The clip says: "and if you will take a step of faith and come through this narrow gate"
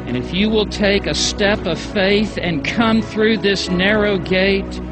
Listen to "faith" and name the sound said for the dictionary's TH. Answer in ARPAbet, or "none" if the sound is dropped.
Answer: TH